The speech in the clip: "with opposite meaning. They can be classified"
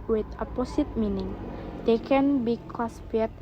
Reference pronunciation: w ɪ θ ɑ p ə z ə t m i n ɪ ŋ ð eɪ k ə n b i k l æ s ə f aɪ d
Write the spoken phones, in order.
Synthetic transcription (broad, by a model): w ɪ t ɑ p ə s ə t m i n ɪ ŋ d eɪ k ə n b i k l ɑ s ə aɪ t